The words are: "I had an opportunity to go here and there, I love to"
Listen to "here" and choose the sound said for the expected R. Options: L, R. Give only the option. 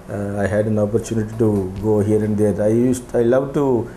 R